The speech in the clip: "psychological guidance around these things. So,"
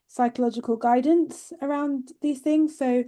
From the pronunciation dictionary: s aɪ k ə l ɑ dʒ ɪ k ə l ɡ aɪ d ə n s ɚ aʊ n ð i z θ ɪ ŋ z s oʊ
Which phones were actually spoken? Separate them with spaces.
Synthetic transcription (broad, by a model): s aɪ k ə l ɑ dʒ ɪ k ə l ɡ aɪ d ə n s ɚ aʊ n ð i z θ ɪ ŋ z s oʊ